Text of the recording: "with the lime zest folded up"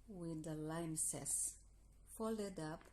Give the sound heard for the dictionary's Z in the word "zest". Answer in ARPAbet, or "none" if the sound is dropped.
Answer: S